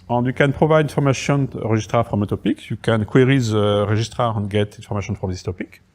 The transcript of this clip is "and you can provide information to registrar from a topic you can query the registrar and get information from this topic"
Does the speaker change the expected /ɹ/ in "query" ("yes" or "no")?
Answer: no